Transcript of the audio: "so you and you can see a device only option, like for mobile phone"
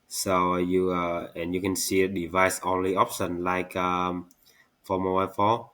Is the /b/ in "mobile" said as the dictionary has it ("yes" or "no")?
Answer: no